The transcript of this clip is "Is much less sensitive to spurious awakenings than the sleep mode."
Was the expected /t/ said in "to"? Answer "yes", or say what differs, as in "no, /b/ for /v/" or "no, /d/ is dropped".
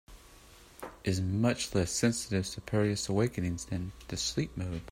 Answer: no, /s/ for /t/